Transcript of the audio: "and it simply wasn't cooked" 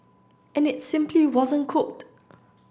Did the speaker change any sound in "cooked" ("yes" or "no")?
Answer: no